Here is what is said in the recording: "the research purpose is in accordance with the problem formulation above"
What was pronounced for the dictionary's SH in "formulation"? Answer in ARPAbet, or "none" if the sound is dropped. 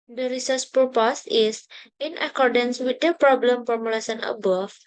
S